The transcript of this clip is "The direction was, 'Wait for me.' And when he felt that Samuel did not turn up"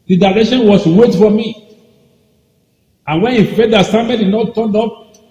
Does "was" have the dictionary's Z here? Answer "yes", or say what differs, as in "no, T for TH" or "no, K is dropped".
no, S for Z